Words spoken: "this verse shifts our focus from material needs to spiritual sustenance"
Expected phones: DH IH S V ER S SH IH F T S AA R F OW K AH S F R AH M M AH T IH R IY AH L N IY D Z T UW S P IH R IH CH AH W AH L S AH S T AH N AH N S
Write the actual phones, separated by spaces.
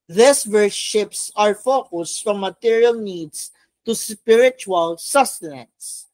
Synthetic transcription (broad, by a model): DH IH S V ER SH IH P S AA R F OW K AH S F R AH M M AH T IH R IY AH L N IY D S T UW S P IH R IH CH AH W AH L S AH S T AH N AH N S